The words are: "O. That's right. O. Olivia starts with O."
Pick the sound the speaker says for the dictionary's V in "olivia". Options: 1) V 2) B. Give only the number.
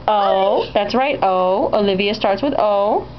1